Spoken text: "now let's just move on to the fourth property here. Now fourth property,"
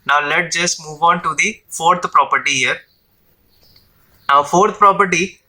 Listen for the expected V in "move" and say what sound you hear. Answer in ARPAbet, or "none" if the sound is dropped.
V